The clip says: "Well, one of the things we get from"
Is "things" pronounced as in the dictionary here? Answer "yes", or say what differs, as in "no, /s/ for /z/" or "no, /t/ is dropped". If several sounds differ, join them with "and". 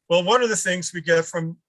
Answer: yes